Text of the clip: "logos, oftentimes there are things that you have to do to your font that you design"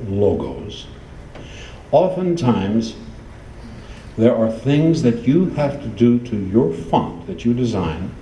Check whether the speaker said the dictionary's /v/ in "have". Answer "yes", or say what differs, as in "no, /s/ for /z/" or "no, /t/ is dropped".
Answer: no, /f/ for /v/